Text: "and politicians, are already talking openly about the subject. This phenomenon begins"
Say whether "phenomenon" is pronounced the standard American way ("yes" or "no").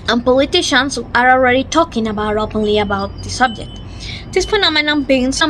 no